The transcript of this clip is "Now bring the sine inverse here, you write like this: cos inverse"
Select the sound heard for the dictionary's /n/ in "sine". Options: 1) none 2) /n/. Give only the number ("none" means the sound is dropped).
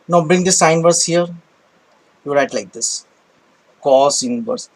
1